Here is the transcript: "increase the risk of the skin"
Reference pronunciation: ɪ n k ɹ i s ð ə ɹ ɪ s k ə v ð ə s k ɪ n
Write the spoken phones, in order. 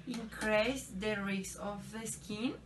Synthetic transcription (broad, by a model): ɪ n k ɹ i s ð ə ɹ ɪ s ə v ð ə s k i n